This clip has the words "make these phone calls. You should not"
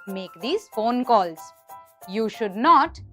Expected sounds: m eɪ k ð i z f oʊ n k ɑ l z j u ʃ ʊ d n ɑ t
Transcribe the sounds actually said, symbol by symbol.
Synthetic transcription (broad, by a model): m eɪ k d i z f oʊ n k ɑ l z j u ʃ ʊ d n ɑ t